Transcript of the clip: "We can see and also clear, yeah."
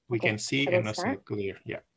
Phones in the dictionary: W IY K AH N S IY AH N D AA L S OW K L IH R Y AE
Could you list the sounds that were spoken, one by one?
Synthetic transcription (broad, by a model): W IY K AH N S IY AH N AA S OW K L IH R Y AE